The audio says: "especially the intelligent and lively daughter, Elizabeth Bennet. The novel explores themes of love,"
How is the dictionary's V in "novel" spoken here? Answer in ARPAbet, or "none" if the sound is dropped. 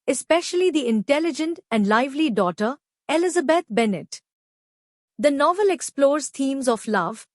V